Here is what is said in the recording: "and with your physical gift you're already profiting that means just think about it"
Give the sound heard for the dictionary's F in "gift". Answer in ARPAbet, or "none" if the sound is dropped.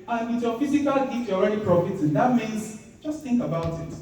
none